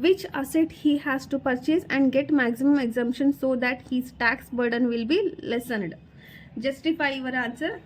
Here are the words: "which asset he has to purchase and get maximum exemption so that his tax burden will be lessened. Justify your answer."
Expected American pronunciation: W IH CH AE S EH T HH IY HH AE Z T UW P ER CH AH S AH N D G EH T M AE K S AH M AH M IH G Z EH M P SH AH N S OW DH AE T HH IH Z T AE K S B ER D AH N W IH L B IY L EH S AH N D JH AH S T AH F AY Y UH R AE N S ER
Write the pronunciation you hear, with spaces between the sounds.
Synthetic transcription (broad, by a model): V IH CH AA S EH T HH IY HH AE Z T UW P ER CH AH S AH N D G EH T M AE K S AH M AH M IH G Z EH M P SH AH N S OW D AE T HH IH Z T AE K S B ER D AH N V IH L B IY L EH S AH N D JH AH S T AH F AY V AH R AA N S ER